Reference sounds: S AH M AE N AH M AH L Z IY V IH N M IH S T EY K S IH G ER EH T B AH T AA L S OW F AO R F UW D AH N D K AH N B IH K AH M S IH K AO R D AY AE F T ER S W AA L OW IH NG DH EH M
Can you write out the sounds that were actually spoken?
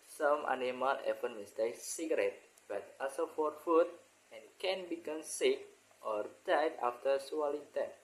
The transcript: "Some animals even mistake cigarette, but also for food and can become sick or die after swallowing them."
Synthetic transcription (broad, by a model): S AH M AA N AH M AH L EH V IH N M IH S T EY K S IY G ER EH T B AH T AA S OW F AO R F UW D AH N K AH N B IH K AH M S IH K AO R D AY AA F T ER S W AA L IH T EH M